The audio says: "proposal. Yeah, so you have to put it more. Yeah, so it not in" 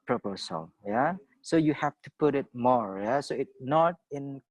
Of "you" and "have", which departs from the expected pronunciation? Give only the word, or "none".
have